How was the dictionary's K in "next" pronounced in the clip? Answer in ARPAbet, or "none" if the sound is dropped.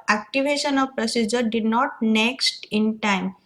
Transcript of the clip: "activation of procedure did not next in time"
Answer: K